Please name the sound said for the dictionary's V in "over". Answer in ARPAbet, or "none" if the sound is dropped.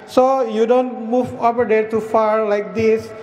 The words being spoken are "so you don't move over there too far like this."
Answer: P